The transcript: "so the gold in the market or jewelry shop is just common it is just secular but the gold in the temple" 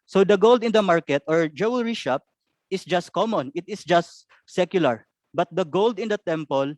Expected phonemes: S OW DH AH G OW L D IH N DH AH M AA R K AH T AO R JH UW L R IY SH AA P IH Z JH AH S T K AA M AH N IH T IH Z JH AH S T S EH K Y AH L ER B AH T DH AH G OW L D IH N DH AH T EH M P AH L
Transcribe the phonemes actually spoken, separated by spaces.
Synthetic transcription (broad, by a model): S OW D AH G OW L D IH N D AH M AA R K AH T AO R JH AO W R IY SH AA P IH S JH AH S T K AA M AH N IH T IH S JH AH S T S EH K Y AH L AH B AH T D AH G OW L D IH N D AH T EH M P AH L